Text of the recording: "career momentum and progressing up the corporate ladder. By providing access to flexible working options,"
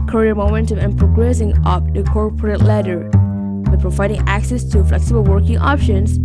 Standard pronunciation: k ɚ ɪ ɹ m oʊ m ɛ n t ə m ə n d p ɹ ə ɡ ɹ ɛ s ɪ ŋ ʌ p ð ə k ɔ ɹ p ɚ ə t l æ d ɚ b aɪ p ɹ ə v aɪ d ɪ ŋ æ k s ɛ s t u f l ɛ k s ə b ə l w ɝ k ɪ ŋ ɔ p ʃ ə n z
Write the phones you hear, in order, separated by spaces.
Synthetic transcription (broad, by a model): k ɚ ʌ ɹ m oʊ m ɛ n t ə m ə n p ɹ ə ɡ ɹ ɛ s ɪ ŋ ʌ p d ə k ɔ ɹ p ɚ ə t l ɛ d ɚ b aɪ p ɹ ə v aɪ d ɪ ŋ æ k s ɛ s t u f l ɛ k s ə b ə l w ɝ k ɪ ŋ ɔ p ʃ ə n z